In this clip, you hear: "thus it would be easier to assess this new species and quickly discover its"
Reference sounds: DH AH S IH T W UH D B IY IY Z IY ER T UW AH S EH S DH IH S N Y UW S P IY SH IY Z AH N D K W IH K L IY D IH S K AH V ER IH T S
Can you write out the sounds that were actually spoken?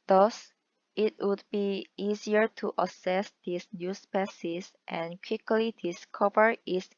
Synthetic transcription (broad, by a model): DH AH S IH T W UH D B IY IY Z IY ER T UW AH S EH S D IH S N Y UW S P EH S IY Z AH N K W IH K L IY D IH S K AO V ER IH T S